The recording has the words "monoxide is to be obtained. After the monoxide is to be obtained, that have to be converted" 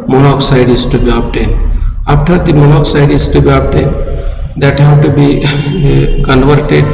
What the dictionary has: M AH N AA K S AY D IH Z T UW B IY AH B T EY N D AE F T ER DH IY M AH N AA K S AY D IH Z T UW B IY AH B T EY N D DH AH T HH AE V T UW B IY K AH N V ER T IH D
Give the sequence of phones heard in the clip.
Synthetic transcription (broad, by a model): M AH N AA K S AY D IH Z T UW B IY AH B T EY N AA P T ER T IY M AH N AA K S AY D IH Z T UW B IY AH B T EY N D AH T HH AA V T UW B IY K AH N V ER T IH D